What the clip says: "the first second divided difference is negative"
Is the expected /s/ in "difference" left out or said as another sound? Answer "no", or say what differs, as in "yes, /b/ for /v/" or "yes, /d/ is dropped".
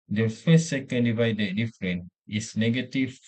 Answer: yes, /s/ is dropped